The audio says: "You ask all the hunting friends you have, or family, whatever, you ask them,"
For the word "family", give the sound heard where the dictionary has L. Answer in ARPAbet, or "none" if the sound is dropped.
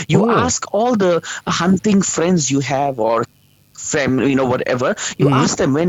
N